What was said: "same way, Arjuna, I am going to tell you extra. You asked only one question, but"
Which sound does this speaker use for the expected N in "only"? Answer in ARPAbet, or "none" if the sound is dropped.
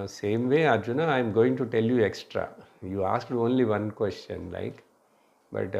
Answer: N